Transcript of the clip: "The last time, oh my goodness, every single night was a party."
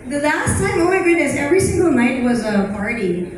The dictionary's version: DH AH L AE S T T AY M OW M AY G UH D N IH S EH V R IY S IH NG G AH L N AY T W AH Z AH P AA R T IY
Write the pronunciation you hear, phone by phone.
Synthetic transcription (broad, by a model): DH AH L AE S T S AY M OW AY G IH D IH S EH V R IY S IH NG G AH L N AY T W AH Z AH P AA R T IY